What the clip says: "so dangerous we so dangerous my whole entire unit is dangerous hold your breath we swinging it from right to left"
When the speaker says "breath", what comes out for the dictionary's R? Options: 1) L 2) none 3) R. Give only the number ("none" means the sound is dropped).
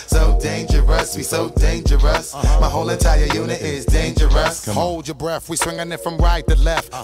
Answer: 3